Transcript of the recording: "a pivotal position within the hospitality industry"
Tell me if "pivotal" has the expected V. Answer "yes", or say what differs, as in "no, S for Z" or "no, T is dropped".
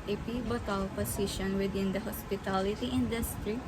no, B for V